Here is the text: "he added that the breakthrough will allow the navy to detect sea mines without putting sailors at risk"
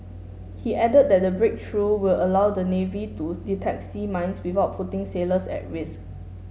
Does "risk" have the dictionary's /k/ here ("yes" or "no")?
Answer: no